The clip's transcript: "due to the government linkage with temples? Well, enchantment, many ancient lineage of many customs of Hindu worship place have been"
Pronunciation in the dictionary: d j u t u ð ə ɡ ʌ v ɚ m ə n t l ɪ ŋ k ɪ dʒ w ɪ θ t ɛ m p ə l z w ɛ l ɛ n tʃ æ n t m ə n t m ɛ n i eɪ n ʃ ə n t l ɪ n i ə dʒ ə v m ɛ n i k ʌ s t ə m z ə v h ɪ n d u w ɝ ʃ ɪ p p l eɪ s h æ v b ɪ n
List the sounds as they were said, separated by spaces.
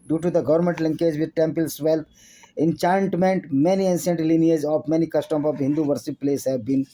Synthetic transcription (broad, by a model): d j u t u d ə ɡ ʌ v ɚ m ə n t l ɪ ŋ k ɪ dʒ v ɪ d t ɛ m p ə l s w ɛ l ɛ n tʃ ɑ n t m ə n t m ɛ n i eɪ n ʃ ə n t l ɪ n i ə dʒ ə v m ɛ n i k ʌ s t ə m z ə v h ɪ n d u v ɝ s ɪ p p l eɪ s h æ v b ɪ n